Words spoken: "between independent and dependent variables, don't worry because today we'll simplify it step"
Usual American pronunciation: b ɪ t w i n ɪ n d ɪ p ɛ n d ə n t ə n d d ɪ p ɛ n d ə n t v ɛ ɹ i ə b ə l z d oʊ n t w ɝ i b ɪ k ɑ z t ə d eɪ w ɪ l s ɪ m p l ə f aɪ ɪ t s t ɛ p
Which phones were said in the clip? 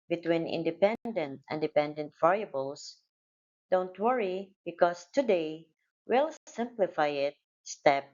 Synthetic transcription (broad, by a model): b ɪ t w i n ɪ n d ɪ p ɛ n d ə n t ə n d d ɪ p ɛ n d ə n t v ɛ ɹ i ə b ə l s d oʊ n t w ɝ i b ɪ k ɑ s t ə d eɪ w ɪ l s ɪ m p l ə f aɪ ɪ t s t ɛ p